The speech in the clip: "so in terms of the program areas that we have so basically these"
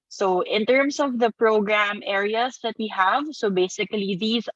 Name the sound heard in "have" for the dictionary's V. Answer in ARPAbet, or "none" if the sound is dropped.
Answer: V